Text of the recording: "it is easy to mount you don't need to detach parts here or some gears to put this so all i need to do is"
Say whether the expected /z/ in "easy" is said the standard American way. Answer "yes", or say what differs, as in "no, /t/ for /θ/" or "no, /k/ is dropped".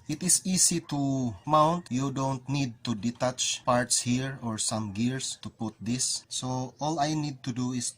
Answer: no, /s/ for /z/